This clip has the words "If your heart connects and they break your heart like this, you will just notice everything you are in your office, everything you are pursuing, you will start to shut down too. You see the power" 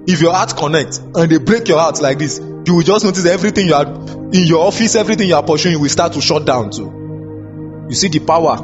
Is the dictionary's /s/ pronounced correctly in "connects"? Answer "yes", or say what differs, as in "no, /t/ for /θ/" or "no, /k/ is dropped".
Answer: no, /s/ is dropped